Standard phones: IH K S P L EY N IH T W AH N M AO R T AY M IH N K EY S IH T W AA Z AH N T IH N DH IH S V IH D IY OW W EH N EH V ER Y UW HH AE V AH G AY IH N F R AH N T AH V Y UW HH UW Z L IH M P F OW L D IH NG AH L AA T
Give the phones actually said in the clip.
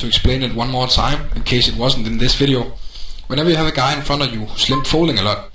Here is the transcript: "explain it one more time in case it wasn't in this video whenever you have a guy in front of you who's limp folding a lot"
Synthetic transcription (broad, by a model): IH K S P L EY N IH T W AH N M AO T AY M IH N K EY S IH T W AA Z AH N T IH N DH IH S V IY D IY OW W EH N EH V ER Y UW HH AE V AH G AY IH N F AH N AH Y UW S L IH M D F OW L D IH NG AH L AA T